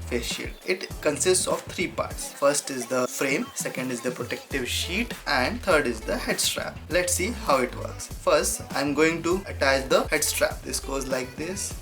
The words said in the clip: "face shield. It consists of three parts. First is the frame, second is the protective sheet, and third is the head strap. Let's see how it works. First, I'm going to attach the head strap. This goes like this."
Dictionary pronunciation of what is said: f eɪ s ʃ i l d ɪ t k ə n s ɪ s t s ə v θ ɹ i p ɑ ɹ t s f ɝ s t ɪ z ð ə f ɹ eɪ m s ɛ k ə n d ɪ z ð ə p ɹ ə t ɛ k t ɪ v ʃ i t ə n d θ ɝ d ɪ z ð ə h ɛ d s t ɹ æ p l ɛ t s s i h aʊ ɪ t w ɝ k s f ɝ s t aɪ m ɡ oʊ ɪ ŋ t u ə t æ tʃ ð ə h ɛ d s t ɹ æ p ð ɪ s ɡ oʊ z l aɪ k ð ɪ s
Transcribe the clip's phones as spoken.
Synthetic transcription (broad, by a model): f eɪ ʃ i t ɪ t k ə n s ɪ s t s ə v t ɹ i p ɑ ɹ t s f ɝ s t ɪ z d ə f ɹ eɪ m s ɛ k ə n d ɪ z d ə p ɹ ə t ɛ k t ɪ v ʃ i t ə n d t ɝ d ɪ z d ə h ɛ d s t ɹ æ p l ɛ t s s i h aʊ ɪ t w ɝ k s f ɝ s t aɪ m ɡ oʊ ɪ ŋ t u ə t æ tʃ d ə h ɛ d s t ɹ æ p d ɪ s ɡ oʊ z l aɪ k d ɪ s